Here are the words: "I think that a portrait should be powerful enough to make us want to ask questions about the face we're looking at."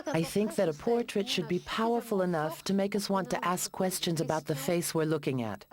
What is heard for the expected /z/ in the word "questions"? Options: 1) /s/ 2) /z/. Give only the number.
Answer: 2